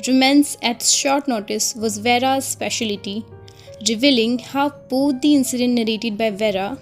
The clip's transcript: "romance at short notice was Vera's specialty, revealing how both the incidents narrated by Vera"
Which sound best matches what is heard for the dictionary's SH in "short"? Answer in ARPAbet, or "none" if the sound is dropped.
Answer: SH